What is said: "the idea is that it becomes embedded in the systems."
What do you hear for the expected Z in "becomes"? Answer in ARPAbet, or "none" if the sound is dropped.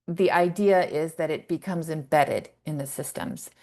Z